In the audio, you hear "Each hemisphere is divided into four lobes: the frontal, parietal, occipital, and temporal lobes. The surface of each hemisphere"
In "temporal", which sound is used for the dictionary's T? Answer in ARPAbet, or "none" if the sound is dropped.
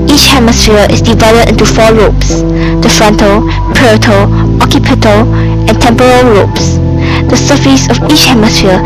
T